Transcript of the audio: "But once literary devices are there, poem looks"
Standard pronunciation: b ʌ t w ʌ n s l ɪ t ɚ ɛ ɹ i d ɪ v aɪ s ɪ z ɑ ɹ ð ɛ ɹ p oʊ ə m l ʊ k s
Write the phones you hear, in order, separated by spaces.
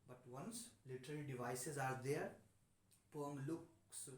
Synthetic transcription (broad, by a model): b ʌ t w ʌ n s l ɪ t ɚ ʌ l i d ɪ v aɪ s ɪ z ɑ ɹ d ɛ ɹ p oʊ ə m l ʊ k s